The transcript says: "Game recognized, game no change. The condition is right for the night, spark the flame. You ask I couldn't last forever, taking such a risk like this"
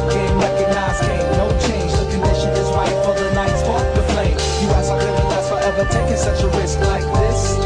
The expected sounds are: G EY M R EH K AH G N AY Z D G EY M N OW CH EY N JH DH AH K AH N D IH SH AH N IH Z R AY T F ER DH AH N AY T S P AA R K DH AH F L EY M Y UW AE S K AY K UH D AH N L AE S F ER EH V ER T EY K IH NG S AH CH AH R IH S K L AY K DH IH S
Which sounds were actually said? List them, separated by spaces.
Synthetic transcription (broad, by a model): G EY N R EH K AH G N AY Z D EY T N OW CH EY N JH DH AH K AH N D IH SH AH N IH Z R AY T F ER DH AH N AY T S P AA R DH AH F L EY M Y UW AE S AY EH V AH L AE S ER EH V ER T EY K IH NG S AH CH AH R IH S K L AY K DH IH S